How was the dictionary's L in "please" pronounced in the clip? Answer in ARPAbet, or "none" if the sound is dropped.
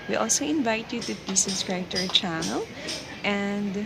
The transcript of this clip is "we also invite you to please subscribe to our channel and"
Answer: none